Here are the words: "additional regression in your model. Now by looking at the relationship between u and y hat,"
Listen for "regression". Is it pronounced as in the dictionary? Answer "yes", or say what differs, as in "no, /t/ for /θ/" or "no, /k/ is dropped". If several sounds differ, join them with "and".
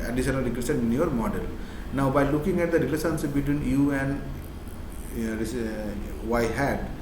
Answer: no, /s/ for /ʃ/